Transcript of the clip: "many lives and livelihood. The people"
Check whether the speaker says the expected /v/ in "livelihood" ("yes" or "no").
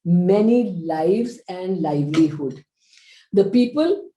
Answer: yes